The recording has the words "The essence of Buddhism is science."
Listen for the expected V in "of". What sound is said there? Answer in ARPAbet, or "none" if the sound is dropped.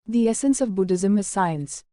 V